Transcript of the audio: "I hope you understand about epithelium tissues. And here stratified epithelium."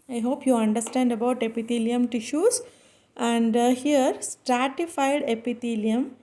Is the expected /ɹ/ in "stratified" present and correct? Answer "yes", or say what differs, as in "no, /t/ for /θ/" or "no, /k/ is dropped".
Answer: yes